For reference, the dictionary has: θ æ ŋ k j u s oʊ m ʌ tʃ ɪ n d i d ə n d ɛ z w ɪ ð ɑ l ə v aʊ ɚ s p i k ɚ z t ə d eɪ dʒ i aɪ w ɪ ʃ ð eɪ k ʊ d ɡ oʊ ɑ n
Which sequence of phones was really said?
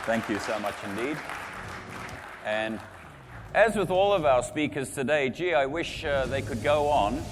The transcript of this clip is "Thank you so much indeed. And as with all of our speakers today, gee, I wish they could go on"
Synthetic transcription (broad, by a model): θ æ ŋ k j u s oʊ m ʌ tʃ ɪ n d i d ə n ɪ z w ɪ ð ɑ l ə v aʊ ɚ s p i k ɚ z t ə d eɪ dʒ i aɪ w ɪ ʃ ð eɪ k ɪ d ɡ oʊ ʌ n